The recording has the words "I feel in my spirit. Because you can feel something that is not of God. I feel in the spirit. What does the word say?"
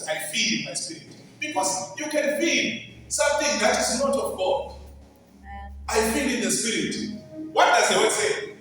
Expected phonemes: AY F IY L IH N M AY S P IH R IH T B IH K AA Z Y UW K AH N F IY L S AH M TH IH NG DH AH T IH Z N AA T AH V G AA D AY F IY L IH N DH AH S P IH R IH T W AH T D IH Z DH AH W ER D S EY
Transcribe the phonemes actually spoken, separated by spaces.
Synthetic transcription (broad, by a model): AY F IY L IH N M AY S P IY R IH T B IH K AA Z Y UW K AH N F IY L S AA M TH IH NG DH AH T IH Z N AA T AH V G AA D AY F IY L IH N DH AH S P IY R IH T W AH T D IH Z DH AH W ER S EY